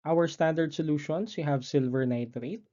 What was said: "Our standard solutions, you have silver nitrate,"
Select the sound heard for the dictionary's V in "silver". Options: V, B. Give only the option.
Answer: V